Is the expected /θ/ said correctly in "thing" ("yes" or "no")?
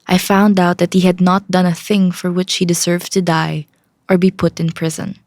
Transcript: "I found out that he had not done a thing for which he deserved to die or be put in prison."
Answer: yes